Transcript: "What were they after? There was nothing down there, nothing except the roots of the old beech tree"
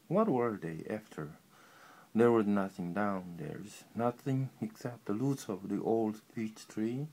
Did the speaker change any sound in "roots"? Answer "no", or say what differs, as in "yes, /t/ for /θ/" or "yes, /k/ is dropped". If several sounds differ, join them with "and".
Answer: yes, /l/ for /ɹ/